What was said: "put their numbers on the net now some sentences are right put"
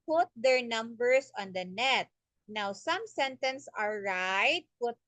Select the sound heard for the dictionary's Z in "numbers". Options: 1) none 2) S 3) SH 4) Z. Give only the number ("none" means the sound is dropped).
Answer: 2